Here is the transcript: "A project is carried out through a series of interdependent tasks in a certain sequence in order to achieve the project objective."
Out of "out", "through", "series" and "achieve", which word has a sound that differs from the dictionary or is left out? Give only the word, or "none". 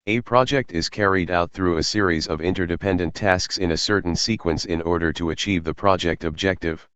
none